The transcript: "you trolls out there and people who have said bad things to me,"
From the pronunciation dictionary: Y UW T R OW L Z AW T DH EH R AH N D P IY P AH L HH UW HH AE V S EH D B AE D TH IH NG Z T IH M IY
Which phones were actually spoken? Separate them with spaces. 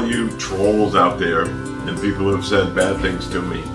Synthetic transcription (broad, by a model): Y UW T R OW L Z AW T DH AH R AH N P IY P L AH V S EH D B AE D TH IH NG Z T IH M IY